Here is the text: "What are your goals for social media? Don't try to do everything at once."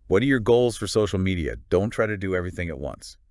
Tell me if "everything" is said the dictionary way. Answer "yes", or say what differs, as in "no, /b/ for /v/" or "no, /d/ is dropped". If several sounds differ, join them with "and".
yes